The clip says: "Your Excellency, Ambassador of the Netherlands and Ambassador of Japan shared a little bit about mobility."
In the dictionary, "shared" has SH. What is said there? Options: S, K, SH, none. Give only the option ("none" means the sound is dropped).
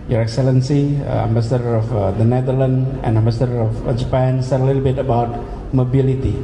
S